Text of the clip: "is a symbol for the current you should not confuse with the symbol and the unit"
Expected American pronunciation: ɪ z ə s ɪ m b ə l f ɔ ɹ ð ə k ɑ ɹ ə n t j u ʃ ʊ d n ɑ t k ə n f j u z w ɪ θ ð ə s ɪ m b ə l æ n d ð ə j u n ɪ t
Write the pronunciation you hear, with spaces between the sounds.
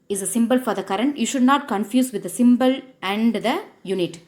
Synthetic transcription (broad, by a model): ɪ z ə s ɪ m b ə l f ɔ ɹ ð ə k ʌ ɹ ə n t j u ʃ ʊ d n ɑ t k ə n f j u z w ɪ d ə s ɪ m b ə l æ n d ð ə j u n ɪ t